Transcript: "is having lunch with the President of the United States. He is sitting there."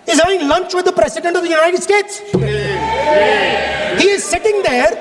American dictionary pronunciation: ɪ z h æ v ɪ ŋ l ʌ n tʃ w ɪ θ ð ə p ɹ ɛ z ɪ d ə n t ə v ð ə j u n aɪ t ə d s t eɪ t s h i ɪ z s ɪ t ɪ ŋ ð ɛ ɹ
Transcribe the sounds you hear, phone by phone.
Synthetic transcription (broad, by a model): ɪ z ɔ ɪ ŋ l ʌ n tʃ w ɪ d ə p ɹ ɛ s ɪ d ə n t ə v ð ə j u n aɪ t ə d s t eɪ t s h i ɪ z s ɪ t ɪ ŋ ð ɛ ɹ